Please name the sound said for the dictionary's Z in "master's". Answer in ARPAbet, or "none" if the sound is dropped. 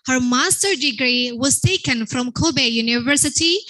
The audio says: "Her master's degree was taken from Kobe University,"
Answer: none